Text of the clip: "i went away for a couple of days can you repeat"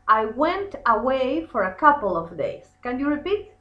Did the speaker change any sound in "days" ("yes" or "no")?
yes